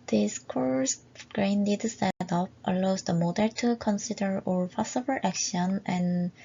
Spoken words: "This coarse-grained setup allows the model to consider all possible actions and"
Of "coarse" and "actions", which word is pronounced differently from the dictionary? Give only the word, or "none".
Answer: actions